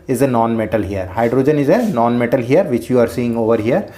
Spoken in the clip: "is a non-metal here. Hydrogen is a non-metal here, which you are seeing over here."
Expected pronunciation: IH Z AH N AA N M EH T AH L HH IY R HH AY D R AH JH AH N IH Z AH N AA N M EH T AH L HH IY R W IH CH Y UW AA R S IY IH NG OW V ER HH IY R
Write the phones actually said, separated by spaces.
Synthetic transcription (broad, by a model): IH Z AH N AA N M EH T AH L HH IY R HH AY D R AH JH AH N IH Z AH N AA N M EH T AH L HH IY R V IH CH Y UW AA R S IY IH NG OW V ER HH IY R